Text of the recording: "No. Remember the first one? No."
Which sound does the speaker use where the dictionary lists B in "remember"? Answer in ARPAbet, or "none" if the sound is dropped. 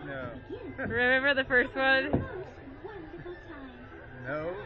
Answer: B